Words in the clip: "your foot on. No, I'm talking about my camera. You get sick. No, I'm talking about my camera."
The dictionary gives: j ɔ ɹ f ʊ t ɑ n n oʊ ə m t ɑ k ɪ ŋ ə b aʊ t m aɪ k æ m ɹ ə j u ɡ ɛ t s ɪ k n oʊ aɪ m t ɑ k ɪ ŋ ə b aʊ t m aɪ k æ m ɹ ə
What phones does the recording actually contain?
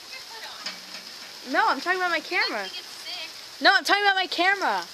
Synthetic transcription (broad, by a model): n ɔ ʊ ɑ ə m t ɑ k ɪ ŋ ə b aʊ t m aɪ k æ m ɹ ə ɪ n oʊ aɪ m t ɑ k ɪ ŋ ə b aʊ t m aɪ k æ m ɹ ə